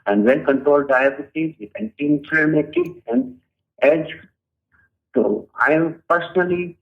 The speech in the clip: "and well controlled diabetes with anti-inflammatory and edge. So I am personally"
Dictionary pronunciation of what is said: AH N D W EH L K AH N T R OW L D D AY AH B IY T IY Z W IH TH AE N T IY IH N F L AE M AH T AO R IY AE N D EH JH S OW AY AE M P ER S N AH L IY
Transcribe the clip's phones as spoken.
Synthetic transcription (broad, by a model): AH N D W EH N K AH N T R OW L D D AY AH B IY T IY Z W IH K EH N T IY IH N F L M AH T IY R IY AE N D EH JH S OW AY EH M P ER S N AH L IY